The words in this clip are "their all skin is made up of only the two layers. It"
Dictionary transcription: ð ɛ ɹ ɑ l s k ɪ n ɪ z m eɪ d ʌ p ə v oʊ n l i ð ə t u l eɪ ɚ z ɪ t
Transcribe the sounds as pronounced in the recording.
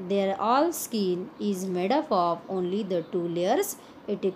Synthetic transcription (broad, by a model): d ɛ ɹ ɑ l s k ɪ n ɪ z m eɪ d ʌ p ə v oʊ n l i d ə t u l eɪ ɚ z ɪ t